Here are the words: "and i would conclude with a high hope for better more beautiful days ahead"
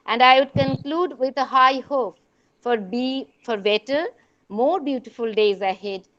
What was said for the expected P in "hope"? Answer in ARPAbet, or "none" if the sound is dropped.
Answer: B